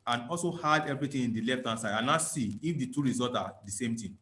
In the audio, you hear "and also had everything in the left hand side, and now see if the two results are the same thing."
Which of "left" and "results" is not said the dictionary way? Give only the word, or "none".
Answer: results